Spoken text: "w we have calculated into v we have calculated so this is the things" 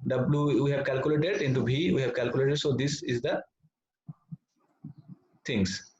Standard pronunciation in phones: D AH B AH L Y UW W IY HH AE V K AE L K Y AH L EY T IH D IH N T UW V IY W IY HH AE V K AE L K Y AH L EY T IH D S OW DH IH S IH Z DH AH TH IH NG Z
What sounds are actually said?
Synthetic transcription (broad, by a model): D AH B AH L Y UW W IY HH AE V K AE L K Y AH L EY T IH D IH N T UW B IY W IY HH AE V K AE L K Y AH L EY T IH D S OW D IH S IH Z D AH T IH NG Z